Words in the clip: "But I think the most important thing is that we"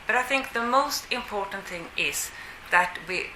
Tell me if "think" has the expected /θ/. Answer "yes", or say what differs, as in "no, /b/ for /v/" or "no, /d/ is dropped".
yes